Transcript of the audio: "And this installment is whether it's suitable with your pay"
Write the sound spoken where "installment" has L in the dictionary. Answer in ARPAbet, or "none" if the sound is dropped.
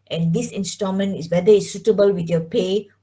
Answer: none